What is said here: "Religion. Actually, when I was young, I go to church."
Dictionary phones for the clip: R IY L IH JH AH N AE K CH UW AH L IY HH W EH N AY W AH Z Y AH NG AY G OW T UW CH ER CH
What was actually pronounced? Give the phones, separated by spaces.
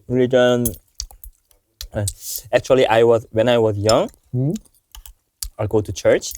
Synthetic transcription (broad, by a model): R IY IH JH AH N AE K CH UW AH W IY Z W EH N AY W AH Z Y AH NG AY G OW T UW CH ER CH